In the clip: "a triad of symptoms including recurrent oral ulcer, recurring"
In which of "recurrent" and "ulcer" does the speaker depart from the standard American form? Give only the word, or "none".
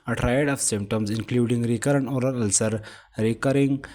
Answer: recurrent